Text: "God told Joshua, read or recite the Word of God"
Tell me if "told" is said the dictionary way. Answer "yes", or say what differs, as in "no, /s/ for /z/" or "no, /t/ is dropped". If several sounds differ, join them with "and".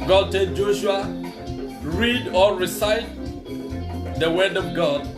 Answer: no, /l/ is dropped